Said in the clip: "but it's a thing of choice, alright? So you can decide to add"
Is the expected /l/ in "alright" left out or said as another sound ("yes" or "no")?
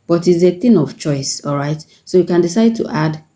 no